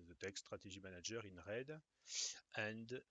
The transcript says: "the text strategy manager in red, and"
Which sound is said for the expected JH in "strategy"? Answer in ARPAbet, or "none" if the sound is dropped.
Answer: ZH